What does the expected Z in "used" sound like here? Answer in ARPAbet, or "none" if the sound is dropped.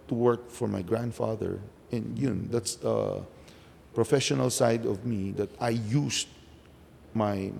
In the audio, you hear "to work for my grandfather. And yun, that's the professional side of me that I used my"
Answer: S